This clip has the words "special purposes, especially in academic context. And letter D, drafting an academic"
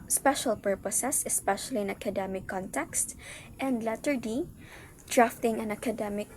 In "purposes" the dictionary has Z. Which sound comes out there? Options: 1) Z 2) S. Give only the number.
2